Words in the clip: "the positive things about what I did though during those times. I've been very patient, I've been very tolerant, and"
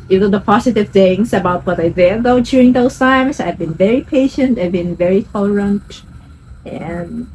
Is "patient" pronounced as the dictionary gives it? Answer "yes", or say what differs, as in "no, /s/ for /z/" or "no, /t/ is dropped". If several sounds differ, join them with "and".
yes